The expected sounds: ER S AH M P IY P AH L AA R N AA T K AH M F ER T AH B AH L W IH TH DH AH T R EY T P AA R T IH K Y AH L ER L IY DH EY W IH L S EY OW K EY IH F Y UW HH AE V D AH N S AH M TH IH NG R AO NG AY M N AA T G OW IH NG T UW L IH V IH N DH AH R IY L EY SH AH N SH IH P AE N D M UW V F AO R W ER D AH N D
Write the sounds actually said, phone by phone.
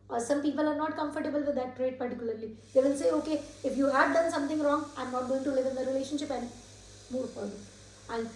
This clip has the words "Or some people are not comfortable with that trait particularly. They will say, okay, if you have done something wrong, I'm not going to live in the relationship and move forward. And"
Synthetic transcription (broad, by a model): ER S AH M P IY P AH L AA R N AA T K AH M F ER T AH B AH L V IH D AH T R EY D P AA R T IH K Y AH L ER L IY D EY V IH L S EY OW K EY IH F Y UW HH AE V D AH N S AH M T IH NG R AO NG AY M N AA T G OW IH NG T UW L IH V IH N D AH R IY L EY SH AH N SH IH P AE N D M UW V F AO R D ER AH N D